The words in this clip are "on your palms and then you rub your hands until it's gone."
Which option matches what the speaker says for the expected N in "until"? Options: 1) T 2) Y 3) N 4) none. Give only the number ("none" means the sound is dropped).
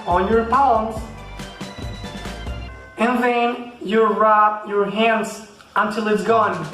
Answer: 3